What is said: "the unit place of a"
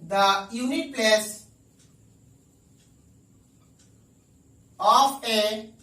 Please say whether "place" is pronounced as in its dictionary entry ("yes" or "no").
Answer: yes